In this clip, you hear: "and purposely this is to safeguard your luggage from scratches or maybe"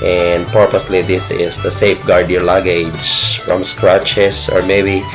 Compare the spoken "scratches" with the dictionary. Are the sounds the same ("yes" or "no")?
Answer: no